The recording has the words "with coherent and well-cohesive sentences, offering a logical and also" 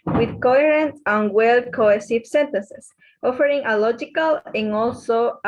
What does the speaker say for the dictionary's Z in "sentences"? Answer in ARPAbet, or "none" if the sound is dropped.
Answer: S